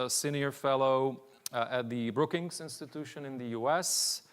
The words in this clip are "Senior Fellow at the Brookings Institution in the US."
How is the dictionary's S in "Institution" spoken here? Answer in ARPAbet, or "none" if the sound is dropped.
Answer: S